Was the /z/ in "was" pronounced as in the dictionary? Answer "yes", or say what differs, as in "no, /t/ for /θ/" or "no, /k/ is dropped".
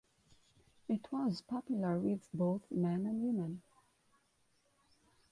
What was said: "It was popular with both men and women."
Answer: yes